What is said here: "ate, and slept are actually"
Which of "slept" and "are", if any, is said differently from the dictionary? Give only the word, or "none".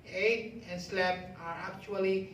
slept